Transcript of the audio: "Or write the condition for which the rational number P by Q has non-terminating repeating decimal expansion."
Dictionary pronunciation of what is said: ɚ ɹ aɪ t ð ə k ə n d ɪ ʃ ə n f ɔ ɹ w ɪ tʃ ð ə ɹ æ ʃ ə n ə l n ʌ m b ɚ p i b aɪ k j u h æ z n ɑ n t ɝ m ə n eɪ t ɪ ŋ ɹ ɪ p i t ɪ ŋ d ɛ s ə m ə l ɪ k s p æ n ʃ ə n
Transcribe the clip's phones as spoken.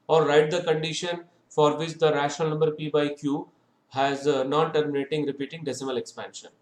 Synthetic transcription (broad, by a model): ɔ ɹ aɪ t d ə k ə n d ɪ ʃ ə n f ɔ ɹ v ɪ tʃ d ə ɹ æ ʃ ə n ə l n ʌ m b ɚ p i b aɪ k j u h æ z n ɑ n t ɝ m ə n eɪ t ɪ ŋ ɹ ɪ p i t ɪ ŋ d ɛ s ə m ə l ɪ k s p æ n ʃ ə n